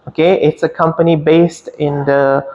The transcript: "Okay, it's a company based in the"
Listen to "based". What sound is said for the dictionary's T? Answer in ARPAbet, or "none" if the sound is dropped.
T